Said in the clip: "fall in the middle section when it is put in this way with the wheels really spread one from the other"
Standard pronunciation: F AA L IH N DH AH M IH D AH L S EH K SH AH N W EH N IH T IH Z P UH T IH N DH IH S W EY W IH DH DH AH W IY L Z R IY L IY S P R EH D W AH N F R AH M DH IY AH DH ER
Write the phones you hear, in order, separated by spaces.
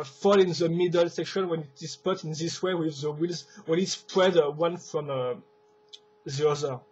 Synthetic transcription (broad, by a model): F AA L IH N DH AH M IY D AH L S EH K SH AH N W EH N IH T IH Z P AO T IH N DH IH S W EY W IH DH DH AH W IY L Z W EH N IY S P R EH D W AH N F R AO M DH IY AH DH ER